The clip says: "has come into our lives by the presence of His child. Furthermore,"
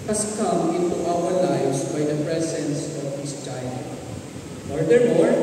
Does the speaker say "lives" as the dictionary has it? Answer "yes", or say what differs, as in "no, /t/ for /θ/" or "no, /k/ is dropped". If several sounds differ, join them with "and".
no, /v/ is dropped